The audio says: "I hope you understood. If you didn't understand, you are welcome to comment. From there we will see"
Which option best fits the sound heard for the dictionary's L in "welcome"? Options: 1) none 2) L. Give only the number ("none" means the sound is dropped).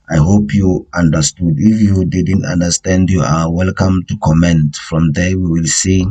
2